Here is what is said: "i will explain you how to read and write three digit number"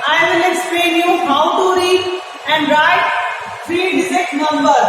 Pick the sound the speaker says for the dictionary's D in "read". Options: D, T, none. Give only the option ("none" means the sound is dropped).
none